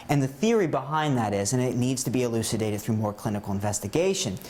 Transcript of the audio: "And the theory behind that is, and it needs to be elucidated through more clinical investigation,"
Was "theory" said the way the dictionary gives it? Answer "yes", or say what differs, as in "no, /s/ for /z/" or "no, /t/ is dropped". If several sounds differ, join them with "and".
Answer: yes